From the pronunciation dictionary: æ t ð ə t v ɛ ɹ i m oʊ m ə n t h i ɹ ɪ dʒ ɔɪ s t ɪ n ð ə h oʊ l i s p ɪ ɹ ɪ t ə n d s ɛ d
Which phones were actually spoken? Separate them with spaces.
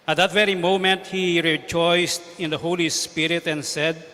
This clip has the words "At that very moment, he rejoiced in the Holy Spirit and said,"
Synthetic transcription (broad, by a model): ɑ t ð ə t v ɛ ɹ i m oʊ m ə n t h i ɹ ɪ dʒ ɔɪ s t ɪ n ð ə h oʊ l i s p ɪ ɹ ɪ t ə n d s ɛ d